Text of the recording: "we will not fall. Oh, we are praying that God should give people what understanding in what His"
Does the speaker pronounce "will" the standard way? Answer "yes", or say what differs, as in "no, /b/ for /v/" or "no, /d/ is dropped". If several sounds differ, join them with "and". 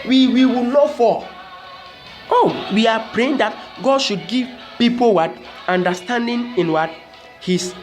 no, /w/ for /l/